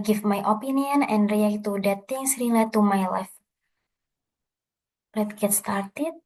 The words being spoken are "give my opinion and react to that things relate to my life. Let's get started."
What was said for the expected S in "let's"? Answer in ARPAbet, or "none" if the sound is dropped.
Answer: none